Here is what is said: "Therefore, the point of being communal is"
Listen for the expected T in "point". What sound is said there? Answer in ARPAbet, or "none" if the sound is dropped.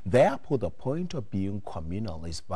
T